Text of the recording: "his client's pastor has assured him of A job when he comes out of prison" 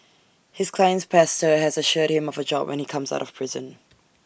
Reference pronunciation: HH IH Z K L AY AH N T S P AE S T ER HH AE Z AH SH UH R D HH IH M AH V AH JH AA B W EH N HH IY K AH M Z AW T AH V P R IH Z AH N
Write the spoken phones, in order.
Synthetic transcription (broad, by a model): HH IH Z K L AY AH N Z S P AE S T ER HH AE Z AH SH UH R D HH IH M AH V AH JH AA B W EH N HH IY K AH M Z AW T AH V P R IH Z AH N